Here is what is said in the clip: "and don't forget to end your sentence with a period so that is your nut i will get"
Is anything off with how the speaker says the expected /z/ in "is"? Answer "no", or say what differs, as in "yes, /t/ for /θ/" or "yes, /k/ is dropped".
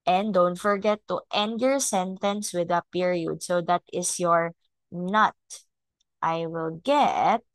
yes, /s/ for /z/